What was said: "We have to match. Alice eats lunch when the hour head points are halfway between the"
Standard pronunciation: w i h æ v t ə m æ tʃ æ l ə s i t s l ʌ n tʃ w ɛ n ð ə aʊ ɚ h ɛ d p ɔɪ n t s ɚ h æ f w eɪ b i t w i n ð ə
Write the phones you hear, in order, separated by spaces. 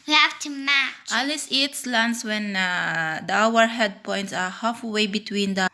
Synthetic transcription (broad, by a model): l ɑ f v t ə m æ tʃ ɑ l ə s i t s l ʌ n s w ɛ n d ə aʊ ɚ h ɛ d p ɔɪ n t s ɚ h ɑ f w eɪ b i t w i n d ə